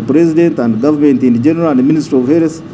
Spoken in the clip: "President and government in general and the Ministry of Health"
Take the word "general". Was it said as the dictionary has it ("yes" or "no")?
yes